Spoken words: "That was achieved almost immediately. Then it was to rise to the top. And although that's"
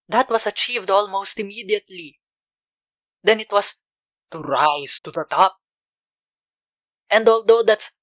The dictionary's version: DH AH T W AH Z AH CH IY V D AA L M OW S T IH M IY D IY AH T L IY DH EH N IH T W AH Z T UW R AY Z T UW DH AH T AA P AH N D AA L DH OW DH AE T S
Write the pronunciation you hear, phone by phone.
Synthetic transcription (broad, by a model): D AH T W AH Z AH CH IY V D AA L M OW S T IH M IY D IY AH T L IY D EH N IH T W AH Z T UW R AY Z T UW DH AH T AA P AH N D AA L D OW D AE T S